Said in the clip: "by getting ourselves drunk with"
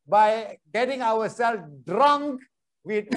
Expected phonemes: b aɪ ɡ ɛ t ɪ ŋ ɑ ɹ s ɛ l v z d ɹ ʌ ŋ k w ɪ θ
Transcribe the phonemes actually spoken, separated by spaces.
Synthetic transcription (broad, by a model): b aɪ ɡ ɛ t ɪ ŋ ɑ w s ɛ l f d ɹ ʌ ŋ k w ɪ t